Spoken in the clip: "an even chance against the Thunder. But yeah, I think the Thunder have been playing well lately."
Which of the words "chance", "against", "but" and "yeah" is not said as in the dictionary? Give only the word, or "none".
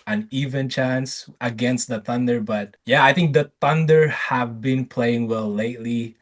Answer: none